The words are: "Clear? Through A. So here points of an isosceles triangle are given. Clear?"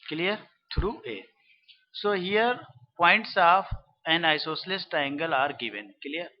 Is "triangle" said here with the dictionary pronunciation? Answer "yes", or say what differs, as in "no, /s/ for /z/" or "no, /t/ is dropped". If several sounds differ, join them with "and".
no, /ɹ/ is dropped